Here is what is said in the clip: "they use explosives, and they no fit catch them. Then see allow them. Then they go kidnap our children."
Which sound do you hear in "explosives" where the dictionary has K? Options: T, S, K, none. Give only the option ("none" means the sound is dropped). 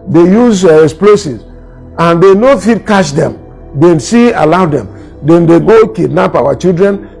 none